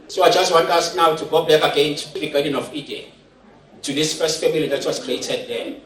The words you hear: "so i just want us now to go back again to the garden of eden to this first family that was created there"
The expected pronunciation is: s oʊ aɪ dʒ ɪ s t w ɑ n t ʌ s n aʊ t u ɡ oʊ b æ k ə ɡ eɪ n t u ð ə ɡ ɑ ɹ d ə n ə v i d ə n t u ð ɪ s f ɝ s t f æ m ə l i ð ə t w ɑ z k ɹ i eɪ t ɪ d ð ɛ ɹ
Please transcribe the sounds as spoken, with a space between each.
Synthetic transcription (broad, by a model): s oʊ aɪ dʒ ɪ s t w ɑ n t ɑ s n aʊ t u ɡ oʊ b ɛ k ə ɡ eɪ n t u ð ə ɡ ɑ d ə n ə f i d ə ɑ t u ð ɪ s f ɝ s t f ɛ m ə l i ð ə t w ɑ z k ɹ i eɪ t ɪ d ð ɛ